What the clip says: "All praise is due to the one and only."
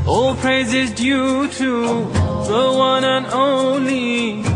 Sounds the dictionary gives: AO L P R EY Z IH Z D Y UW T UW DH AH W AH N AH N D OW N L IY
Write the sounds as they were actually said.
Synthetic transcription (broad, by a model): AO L P R EY Z IH Z D Y UW T UW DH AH W AH N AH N OW N L IY